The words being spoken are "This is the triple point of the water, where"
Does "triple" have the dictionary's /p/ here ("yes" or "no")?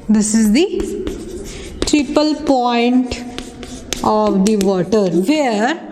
yes